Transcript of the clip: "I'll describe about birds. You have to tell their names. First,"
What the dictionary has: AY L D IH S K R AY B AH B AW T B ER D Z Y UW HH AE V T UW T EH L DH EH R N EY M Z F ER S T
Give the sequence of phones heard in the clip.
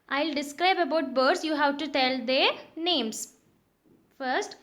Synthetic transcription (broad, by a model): AY L D IH S K R AY B AH B AW T B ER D S Y UW HH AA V T UW T EH L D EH R N EY M S F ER S T